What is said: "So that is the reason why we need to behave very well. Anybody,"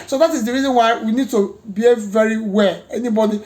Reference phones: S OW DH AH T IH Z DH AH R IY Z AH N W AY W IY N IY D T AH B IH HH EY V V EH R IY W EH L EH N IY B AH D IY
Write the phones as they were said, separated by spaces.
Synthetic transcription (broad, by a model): S OW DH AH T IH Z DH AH R IY Z AH N W AY W IY N IY D T AH B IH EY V V EH R IY W EH L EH N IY B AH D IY